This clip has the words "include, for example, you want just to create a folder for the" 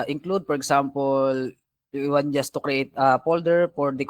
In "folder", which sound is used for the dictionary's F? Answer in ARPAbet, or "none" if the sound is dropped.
P